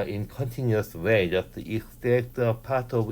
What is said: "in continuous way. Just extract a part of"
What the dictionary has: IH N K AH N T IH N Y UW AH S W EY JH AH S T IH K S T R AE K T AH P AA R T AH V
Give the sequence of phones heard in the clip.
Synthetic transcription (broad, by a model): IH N K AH N T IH N Y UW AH S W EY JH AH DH T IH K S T EH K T AH P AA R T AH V